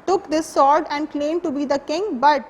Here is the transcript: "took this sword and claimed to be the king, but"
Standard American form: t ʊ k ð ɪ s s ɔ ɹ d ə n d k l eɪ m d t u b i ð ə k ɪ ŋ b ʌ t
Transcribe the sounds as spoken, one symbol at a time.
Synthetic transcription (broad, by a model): t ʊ k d ɪ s s ɔ ɹ d ə n d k l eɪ m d t u b i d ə k ɪ ŋ b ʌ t